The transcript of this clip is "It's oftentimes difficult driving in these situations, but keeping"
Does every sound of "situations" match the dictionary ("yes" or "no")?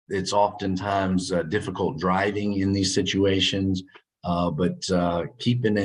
yes